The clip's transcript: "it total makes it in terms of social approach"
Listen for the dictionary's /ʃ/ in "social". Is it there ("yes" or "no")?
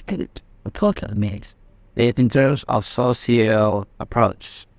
no